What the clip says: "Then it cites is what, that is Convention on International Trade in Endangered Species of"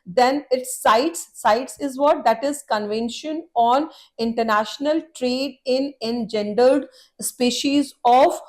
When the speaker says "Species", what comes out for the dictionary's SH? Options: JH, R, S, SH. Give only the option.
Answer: SH